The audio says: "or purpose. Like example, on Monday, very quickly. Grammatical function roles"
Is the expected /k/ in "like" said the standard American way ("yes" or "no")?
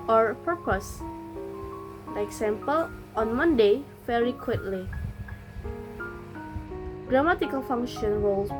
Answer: no